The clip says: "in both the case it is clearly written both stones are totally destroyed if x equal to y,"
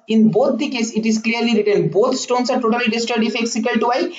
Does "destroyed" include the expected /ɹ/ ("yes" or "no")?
no